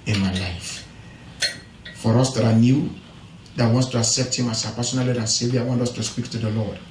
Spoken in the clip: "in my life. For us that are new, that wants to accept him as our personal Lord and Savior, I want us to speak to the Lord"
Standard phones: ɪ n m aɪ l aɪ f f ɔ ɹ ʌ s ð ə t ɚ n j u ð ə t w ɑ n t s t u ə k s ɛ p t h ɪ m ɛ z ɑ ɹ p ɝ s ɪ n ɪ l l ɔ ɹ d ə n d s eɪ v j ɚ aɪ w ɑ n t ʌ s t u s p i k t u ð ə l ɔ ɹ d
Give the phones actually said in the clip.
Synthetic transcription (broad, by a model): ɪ n m aɪ l aɪ f f ɔ ɹ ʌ s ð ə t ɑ n j u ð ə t w ɑ n t s t u ə k s ɛ p t h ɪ m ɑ s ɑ p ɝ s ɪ n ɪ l l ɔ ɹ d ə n s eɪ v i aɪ w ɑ n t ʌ s t u s p i k t u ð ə l ɔ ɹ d